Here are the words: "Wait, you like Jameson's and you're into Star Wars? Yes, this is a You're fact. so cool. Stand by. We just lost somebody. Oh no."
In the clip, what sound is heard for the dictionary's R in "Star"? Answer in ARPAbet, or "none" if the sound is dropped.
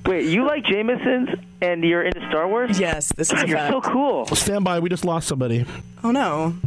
R